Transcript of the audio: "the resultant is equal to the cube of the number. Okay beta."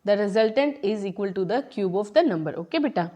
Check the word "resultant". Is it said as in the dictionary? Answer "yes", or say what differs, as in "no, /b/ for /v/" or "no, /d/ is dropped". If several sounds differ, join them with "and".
yes